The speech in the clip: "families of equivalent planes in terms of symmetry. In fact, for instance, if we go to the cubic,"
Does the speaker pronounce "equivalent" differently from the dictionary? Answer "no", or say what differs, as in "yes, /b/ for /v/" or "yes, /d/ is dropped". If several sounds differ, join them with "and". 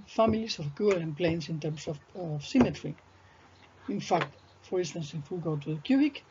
yes, /v/ is dropped